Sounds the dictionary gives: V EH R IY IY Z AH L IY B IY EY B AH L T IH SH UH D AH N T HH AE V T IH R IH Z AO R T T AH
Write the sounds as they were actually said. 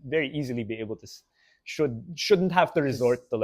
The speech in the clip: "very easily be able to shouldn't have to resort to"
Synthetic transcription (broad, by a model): V EH R IY IY Z AH L IY B IY EY B AH L T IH SH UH D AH N T HH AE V T IH R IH Z AO R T T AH